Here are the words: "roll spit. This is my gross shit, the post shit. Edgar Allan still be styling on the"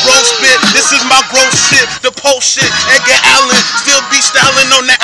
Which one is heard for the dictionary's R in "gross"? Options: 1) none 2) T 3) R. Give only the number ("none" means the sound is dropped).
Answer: 1